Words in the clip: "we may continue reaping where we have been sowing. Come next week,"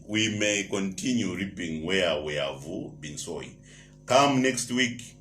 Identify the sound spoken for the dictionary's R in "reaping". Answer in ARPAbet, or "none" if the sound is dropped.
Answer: R